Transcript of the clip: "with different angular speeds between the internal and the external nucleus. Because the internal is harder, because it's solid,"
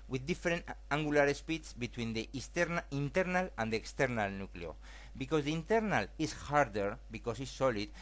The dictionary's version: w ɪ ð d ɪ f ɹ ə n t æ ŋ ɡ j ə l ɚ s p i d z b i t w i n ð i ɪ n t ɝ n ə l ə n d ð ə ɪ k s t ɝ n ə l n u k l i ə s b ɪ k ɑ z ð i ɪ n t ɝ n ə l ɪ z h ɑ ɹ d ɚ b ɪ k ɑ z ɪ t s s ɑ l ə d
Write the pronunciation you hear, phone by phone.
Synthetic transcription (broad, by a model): w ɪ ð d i f ɹ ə n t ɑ ŋ ɡ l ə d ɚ s p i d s b i t w i n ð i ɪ n t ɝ n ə l ə n d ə ɪ k s t ɝ n ə l n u k l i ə b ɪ k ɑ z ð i ɪ n t ɝ n ə l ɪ s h ɑ ɹ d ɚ b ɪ k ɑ s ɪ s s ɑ l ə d